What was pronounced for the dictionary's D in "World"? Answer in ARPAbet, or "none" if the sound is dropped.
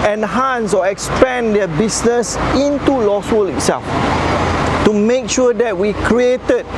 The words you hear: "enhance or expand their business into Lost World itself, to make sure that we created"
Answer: none